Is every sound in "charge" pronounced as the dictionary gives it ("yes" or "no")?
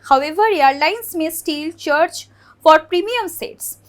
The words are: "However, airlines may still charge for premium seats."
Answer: no